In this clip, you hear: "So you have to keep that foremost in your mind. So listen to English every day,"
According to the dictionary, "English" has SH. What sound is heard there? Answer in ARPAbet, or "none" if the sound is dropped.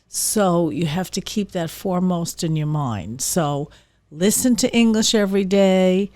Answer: SH